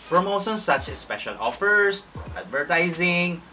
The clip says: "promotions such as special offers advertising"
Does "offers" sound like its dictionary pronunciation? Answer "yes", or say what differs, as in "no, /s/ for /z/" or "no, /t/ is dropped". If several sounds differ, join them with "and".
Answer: no, /s/ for /z/